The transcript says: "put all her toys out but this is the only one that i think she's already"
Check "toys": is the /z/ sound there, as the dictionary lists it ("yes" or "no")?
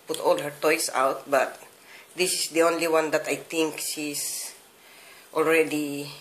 no